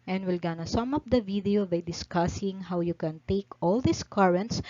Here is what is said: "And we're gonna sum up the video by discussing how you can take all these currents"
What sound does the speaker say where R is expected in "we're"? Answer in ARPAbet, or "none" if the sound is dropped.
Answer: L